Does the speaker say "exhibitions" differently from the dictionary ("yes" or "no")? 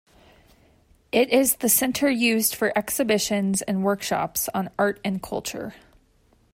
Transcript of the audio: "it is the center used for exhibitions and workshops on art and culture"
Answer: no